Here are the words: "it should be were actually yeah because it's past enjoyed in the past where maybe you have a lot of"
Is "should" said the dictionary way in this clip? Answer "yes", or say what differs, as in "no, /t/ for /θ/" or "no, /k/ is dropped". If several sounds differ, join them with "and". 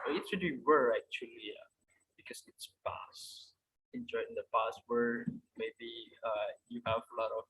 no, /s/ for /ʃ/